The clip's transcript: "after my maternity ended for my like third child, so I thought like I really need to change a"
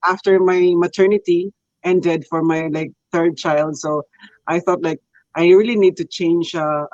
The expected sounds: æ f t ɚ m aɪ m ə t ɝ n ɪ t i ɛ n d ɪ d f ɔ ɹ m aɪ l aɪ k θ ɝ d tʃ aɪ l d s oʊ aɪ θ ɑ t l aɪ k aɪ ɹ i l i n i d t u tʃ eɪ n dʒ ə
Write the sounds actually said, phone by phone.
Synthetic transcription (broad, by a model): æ f t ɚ m aɪ m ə t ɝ n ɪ t i ɛ n d ɪ d f ɔ ɹ m aɪ l aɪ k θ ɝ d tʃ aɪ l d s oʊ aɪ θ ɑ t l aɪ k aɪ ɹ i l i n i d t u tʃ eɪ n dʒ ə